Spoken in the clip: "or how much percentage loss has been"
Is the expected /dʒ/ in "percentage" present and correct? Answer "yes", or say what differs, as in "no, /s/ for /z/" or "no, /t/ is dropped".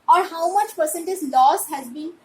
no, /z/ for /dʒ/